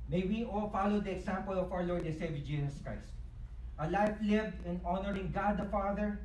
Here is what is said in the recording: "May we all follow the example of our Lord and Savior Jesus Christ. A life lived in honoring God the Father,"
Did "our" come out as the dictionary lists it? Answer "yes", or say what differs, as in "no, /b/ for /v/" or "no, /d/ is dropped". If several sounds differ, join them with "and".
no, /w/ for /ɹ/